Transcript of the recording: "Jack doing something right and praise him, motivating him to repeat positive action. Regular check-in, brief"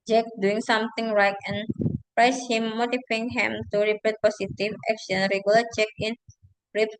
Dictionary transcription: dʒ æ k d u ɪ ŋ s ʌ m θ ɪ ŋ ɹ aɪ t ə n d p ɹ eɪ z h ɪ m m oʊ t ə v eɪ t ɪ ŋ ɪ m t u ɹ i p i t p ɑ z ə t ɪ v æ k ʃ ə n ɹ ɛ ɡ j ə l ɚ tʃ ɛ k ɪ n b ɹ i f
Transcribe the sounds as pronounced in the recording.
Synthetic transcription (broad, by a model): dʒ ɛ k d u ɪ ŋ s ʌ m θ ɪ ŋ ɹ aɪ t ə n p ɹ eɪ s h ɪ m m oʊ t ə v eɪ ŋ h ɪ m t u ɹ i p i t p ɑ s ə t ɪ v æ k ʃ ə n ɹ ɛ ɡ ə l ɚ tʃ ɛ k ɪ n ɹ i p